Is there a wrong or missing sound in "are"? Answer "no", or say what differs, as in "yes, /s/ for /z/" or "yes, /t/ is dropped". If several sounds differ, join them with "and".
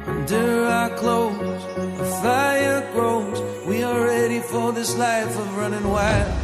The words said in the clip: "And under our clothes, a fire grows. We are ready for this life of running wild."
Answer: yes, /l/ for /ɹ/